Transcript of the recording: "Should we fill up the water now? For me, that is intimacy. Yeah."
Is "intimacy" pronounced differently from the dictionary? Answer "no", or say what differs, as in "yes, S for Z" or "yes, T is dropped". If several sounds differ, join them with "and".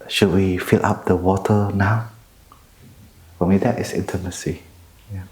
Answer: no